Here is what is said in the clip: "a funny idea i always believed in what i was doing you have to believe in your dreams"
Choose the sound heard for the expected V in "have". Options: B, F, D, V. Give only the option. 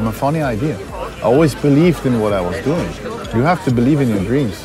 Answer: F